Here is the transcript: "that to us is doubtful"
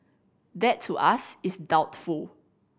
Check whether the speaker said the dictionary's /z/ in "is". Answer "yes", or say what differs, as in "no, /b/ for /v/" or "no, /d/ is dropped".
no, /s/ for /z/